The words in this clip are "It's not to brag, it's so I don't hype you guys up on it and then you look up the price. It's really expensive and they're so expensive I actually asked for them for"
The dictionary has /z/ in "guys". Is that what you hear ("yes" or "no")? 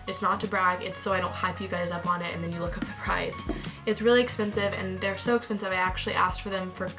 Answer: yes